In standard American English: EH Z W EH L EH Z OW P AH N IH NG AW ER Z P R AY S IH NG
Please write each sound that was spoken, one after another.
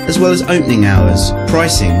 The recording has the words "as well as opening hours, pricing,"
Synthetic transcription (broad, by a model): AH Z W EH L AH Z OW P AH N IH NG AW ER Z P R AY S IH NG